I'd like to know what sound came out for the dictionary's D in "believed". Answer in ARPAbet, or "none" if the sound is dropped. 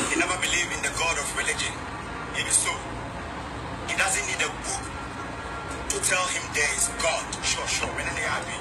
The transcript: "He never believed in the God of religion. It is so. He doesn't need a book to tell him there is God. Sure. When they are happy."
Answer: none